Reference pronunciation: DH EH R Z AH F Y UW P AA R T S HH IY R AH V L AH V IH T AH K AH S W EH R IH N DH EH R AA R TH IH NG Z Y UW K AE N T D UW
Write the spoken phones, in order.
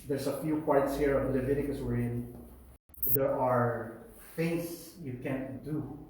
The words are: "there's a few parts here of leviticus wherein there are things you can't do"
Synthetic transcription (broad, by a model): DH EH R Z AH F Y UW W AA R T S HH IY R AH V L AH V IH T AH K AH S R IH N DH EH R AA R F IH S Y UW K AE N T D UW